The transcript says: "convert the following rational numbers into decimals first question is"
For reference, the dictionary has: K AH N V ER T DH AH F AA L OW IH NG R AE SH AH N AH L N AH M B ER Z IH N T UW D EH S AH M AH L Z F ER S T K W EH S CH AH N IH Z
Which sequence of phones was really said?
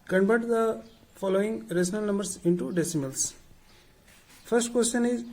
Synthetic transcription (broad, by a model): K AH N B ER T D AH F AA L OW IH NG R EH S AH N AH L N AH M B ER S IH N T UW D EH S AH M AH L S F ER S T K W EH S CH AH N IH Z